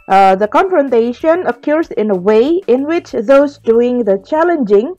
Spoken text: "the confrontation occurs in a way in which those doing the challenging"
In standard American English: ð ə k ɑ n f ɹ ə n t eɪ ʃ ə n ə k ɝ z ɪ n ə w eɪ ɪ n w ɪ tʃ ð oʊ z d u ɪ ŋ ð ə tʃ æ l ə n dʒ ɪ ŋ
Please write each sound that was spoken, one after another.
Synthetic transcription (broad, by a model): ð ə k ɑ n f ɹ ə n t eɪ ʃ ə n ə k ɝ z ɪ n ə w eɪ ɪ n w ɪ tʃ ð oʊ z d u ɪ ŋ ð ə tʃ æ l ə n dʒ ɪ ŋ